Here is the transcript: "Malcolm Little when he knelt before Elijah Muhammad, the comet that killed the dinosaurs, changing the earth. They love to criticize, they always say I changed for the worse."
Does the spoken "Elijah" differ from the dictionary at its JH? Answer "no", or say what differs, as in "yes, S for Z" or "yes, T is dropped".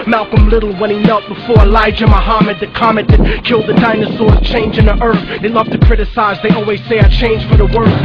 no